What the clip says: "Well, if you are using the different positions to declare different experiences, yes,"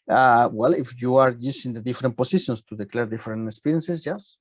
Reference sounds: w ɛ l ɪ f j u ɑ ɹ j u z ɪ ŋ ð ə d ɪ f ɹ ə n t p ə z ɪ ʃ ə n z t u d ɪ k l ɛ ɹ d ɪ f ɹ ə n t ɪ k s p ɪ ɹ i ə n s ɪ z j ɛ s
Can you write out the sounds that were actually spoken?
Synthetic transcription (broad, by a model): w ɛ l ɪ f j u ɑ ɹ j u s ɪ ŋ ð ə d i f ɹ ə n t p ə s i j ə n s t u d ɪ k l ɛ ɹ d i f ɹ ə n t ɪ k s p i ɹ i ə n s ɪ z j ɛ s